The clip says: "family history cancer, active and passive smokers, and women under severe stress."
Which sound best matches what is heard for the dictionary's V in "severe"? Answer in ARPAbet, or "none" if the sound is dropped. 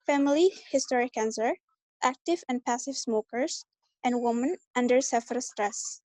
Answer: F